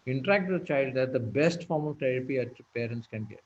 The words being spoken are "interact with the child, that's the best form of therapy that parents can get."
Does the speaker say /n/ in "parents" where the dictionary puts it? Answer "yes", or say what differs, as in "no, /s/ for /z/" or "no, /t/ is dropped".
yes